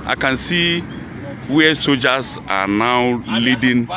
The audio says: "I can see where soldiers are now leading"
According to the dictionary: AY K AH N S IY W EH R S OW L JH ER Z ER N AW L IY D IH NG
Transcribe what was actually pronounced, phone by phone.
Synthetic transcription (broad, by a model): AY K AH N S IY W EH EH S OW JH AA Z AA N AW L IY D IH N